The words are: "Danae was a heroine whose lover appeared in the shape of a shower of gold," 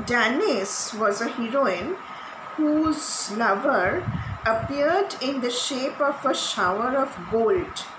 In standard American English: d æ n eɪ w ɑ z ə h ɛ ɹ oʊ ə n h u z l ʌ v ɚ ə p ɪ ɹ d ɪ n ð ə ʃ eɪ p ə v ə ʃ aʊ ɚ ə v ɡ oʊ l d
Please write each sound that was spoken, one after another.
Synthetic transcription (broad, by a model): d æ n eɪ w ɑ z ə h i ɹ oʊ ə n h u z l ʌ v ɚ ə p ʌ ɹ d ɪ n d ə ʃ eɪ p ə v ə ʃ aʊ ɚ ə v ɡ oʊ l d